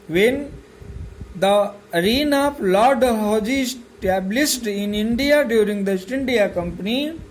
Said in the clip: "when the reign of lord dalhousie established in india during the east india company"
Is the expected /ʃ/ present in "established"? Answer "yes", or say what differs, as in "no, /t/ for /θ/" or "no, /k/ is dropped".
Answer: no, /s/ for /ʃ/